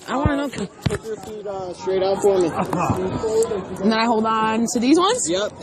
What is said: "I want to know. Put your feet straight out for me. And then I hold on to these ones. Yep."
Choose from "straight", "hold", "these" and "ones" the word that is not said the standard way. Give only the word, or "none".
none